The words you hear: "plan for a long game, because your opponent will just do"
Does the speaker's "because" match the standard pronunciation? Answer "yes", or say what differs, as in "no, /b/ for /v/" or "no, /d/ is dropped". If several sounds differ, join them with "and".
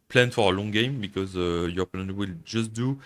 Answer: yes